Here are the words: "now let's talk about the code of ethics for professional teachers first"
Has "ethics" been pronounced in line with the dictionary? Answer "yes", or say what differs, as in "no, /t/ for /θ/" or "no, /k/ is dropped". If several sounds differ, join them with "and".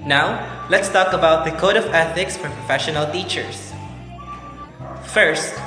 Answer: yes